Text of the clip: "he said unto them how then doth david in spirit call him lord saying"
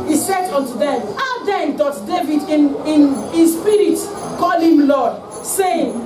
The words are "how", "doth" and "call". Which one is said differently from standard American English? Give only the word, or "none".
doth